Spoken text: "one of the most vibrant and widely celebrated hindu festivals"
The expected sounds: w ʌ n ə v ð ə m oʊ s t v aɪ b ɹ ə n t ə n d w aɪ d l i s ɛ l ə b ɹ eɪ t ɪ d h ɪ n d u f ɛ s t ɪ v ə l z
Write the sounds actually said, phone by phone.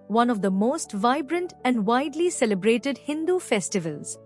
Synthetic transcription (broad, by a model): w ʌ n ə v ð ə m oʊ s t v aɪ b ɹ ə n t ə n d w aɪ d l i s ɛ l ə b ɹ eɪ t ɪ d h ɪ n d u f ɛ s t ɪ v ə l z